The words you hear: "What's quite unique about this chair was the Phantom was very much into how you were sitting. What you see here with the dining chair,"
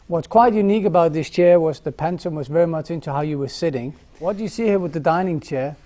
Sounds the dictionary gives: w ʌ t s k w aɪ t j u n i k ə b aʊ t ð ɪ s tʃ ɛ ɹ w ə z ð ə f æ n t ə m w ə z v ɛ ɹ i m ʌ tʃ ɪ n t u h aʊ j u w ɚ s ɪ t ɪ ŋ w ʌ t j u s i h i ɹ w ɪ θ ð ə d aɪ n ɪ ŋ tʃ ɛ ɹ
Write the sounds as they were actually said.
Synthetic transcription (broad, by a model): w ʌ t s k w aɪ t j u n i k ə b aʊ t ð ɪ s tʃ ɛ ɹ w ə z ð ə p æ n s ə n w ə z v ɛ ɹ i m ʌ tʃ ɪ n t u h aʊ j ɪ w ɚ s ɪ t ɪ ŋ w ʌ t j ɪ s i h i ɹ w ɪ ð ə d aɪ n ɪ ŋ tʃ ɛ ɹ